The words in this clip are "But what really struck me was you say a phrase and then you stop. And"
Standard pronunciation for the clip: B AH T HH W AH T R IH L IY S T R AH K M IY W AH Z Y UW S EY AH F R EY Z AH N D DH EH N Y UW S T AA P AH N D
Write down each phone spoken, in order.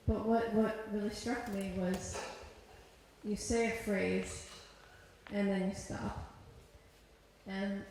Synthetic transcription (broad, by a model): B AH T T W AH T R IH L IY S T R AH K M IY W AH Z Y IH S EY AH F R EY Z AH N DH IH N Y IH S T AA P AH N